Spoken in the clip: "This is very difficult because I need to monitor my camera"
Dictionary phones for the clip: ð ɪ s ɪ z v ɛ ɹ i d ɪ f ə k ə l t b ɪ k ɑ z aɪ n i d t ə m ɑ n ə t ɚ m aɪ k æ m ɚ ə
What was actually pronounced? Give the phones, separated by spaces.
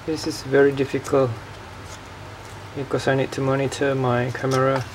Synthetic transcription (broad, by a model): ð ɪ s ɪ z v ɛ ɹ i d ɪ f ə k ə l t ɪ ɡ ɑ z aɪ n i d t ə m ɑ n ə t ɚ m aɪ k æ m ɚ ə